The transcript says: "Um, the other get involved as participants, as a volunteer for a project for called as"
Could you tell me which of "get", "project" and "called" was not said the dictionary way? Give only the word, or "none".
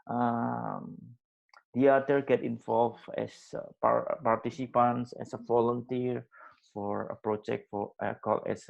called